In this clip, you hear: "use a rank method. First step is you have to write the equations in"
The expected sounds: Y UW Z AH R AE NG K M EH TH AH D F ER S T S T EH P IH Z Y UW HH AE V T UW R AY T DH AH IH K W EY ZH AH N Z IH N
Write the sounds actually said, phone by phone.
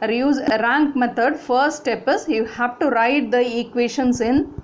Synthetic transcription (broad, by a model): Y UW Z R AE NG K M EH T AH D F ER T S T EH P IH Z Y UW HH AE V T UW R AY T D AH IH K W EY SH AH N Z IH N